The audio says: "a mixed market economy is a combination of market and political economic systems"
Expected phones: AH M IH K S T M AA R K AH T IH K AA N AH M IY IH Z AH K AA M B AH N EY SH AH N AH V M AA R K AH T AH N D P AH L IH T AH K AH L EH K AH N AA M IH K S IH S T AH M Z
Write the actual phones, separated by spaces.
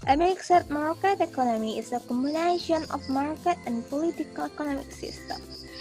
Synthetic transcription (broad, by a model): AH M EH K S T M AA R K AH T IH K AA N AH M IY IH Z AH K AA M AH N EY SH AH N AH F M AA R K AH T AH N P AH L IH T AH K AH L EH K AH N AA M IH K S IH S T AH M